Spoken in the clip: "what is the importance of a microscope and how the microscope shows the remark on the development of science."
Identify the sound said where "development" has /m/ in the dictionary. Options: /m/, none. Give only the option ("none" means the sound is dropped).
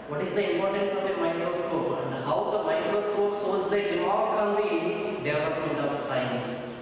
none